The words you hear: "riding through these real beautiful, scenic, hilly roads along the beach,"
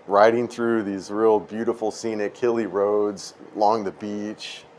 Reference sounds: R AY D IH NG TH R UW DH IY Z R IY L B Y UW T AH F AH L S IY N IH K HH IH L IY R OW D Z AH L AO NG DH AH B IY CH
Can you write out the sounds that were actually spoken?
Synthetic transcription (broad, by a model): R AY D IH NG TH R UW DH IY Z R IY L B Y UW T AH F L S IY N IH K IH L IY R OW D Z AH L AO NG DH AH B IY CH